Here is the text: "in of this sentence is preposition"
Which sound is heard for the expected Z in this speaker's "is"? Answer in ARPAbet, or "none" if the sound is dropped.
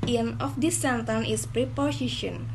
S